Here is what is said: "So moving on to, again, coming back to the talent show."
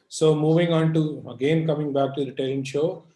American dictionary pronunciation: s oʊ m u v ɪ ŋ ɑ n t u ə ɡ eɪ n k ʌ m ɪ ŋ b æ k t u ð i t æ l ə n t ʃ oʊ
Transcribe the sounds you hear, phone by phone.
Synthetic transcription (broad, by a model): s oʊ m u v ɪ ŋ ɑ n t u ə ɡ eɪ n k ʌ m ɪ ŋ b æ k t u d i t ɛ ə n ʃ oʊ